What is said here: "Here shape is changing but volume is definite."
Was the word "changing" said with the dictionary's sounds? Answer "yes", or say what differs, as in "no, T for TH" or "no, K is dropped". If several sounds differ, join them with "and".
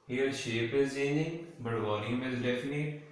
no, JH is dropped